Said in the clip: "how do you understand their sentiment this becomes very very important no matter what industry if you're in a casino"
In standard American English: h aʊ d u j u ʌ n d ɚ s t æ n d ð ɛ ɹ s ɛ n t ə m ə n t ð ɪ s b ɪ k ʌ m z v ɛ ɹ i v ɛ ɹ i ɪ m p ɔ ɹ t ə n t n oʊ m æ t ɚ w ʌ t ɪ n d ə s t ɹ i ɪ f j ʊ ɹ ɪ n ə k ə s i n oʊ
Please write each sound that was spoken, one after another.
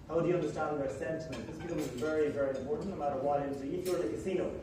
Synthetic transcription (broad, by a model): h aʊ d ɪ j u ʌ n d ɚ s t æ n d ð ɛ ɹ s ɛ n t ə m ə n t ð ɪ s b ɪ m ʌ z v ɛ ɹ i v ɛ ɹ i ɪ m p ɔ ɹ t n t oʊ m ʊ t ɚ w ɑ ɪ d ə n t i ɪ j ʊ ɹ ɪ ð ə k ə s i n oʊ